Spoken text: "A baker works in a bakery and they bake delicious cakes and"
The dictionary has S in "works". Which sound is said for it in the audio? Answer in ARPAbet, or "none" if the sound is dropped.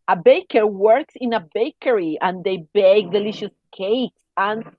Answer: S